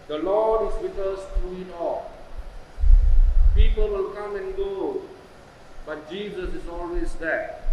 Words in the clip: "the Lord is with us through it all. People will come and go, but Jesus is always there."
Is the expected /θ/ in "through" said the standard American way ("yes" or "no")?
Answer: no